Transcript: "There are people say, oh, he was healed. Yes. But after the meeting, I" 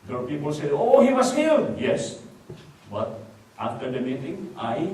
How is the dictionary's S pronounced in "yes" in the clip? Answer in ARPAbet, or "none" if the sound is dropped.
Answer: S